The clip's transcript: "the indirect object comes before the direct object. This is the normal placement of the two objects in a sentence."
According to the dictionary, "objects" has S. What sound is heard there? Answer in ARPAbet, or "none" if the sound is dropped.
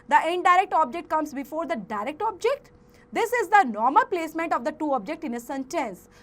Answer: none